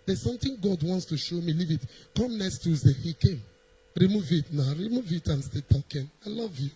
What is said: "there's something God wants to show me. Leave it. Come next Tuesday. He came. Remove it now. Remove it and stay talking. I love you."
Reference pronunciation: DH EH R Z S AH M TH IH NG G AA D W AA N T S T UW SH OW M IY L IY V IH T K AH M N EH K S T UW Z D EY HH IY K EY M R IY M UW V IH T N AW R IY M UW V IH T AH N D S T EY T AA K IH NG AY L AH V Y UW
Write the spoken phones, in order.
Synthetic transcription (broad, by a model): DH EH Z S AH M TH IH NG G AA D W AA N T S T UW SH OW M IY L IY V IH T K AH M N EH K S T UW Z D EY HH IY K EY M R IY M UW V IH T N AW R IY M UW V IH T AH N S T EY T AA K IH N AY L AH V Y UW